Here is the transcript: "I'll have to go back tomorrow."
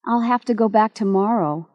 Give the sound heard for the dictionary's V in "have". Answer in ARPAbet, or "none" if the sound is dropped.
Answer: F